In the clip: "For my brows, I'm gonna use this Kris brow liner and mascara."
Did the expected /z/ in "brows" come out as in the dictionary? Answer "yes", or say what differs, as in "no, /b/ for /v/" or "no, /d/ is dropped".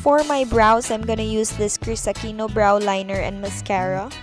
no, /s/ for /z/